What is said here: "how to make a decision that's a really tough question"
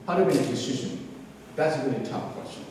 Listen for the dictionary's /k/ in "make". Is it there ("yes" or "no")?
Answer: no